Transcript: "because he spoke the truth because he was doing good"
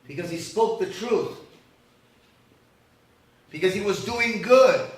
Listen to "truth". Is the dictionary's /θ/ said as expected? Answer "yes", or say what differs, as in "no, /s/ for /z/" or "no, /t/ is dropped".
yes